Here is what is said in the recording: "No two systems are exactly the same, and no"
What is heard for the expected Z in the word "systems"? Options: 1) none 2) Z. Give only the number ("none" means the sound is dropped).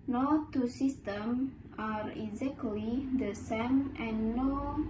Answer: 1